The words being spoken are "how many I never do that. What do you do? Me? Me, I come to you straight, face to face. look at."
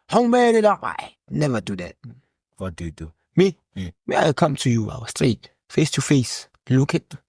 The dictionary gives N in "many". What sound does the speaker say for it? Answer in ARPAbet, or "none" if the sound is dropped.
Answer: L